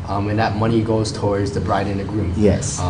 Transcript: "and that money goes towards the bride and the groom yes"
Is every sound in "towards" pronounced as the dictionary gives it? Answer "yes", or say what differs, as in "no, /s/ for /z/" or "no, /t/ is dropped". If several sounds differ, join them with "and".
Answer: yes